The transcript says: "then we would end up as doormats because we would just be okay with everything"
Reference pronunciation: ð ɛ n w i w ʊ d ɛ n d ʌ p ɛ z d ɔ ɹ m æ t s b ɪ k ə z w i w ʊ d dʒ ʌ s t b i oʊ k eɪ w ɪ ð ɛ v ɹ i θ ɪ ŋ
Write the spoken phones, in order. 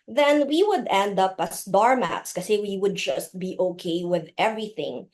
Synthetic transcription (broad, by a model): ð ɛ n w i w ʊ d ɛ n d ʌ p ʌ s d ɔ ɹ m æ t s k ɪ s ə w i w ʊ d dʒ ʌ s t b i oʊ k eɪ w ɪ ð ɛ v ɹ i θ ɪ ŋ